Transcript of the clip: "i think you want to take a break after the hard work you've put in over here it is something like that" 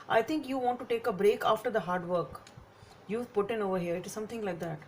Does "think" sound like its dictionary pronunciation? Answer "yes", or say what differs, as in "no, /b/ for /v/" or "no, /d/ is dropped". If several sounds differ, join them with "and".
no, /t/ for /θ/